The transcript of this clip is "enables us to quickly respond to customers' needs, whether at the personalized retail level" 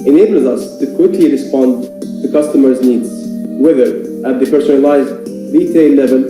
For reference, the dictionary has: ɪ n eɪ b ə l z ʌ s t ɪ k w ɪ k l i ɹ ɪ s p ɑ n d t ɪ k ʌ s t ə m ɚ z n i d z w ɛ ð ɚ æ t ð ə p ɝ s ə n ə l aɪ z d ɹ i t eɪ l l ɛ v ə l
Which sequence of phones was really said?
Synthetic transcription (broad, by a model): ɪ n eɪ b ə l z ʌ s t ɪ k w ɪ k l i ɹ ɪ s p ɑ n d t ɪ k ʌ s t ə m ɚ z n i d z w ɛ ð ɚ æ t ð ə p ɝ s ə n ə l aɪ z d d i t eɪ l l ɛ v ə l